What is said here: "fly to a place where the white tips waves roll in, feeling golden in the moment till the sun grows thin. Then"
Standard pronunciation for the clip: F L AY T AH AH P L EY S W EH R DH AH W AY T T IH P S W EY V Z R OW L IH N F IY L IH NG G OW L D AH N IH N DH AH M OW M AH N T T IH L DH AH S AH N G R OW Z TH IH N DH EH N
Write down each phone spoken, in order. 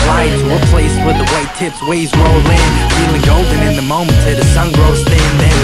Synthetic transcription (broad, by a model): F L AY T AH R P L EY S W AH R DH AH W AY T T IH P S W EY Z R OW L IH N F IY L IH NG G OW L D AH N IH N DH AH M OW M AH N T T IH DH AH S AH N G R OW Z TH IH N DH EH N